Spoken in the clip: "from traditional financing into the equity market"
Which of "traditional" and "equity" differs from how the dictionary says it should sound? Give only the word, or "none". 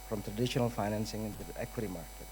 none